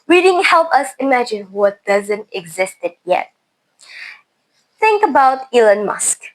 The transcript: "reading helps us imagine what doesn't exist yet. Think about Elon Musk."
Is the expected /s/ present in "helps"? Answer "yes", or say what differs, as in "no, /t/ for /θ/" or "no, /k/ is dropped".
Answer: no, /s/ is dropped